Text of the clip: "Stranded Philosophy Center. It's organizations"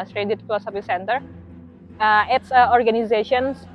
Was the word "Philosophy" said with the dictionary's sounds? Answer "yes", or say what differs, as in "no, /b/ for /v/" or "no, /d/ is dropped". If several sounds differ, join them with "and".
no, /l/ is dropped